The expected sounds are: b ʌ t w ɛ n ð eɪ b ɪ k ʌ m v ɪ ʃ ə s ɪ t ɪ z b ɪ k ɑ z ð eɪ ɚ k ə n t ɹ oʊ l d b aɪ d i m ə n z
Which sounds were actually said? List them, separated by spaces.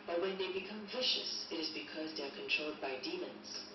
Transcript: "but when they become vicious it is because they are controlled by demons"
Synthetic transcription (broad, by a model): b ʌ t w ɛ n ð eɪ b ɪ k ʌ m v ɪ ʃ ə s ɪ t ɪ z b ɪ k ɑ z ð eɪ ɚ k ə n t ɹ oʊ l d b aɪ d i m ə n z